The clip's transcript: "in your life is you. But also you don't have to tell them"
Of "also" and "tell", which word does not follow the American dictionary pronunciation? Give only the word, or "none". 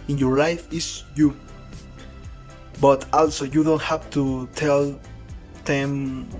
none